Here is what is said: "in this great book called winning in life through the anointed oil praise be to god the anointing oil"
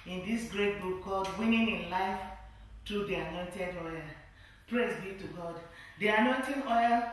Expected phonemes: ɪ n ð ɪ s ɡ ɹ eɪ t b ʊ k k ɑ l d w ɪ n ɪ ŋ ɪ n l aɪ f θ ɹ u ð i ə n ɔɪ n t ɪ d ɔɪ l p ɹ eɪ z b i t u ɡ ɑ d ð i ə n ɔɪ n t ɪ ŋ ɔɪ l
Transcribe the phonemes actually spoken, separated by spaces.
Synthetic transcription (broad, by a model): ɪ n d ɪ s ɡ ɹ eɪ t b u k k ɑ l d w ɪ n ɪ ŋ ɪ n l aɪ f t ɹ u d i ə n ɔɪ n t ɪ d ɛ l p ɹ eɪ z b i t u ɡ ɑ d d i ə n ɔɪ n t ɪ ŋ ɔɪ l